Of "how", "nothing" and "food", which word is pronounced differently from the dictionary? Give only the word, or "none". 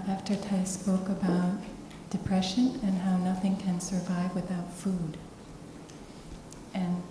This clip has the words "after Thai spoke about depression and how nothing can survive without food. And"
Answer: none